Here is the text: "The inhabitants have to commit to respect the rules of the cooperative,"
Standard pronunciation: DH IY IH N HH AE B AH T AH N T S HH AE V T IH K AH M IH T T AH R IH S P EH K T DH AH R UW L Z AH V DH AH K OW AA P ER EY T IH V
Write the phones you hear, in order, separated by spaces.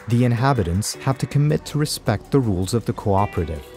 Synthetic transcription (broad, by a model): DH IY IH N HH AE B AH T AH N T S HH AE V T IH K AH M IH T T AH R IH S P EH K T DH AH R UW L Z AH V DH AH K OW AA P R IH T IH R